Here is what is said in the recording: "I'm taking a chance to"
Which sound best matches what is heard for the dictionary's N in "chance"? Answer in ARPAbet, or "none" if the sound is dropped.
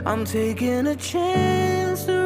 N